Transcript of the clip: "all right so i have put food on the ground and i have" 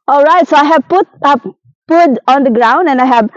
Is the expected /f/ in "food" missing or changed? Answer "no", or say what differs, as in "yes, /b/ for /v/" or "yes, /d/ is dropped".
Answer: yes, /p/ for /f/